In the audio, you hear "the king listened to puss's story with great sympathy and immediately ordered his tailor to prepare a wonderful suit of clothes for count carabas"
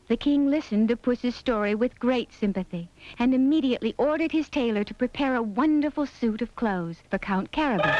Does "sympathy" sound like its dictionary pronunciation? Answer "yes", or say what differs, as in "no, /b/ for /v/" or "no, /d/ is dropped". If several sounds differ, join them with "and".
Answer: yes